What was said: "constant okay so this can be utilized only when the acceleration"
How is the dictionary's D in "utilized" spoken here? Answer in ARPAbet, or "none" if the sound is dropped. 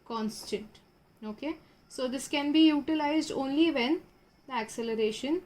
D